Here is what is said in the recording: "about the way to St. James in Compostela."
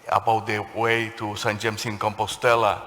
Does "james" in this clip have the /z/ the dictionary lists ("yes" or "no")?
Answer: no